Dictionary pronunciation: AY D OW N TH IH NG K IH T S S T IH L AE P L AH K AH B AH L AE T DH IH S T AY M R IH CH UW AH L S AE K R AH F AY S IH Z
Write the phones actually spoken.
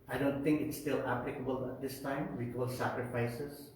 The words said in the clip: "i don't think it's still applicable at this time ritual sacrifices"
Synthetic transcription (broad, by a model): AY D OW N T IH NG K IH T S S T IH L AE P L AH K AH B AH L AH T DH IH S T AY M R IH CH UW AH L S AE K R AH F AY S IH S